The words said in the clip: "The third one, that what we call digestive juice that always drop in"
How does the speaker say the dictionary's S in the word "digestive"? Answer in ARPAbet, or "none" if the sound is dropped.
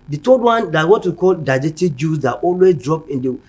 none